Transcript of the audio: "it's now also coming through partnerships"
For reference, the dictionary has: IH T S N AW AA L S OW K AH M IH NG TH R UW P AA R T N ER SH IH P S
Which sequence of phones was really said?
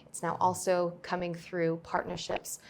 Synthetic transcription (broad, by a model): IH T S N AW AA L S OW K AH M IH NG TH R UW P AA R T N ER SH IH P S